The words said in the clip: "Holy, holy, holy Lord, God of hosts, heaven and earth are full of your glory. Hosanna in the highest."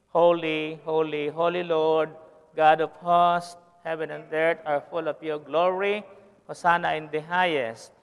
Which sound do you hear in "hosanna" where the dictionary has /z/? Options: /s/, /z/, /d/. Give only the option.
/s/